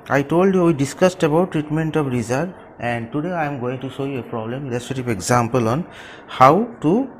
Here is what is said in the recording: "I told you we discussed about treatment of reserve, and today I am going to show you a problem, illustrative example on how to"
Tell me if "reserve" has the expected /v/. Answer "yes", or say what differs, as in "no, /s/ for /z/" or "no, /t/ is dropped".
no, /v/ is dropped